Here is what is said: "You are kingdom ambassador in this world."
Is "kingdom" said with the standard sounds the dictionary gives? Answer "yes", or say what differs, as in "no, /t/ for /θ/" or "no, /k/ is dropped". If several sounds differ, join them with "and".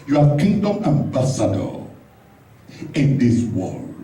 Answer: yes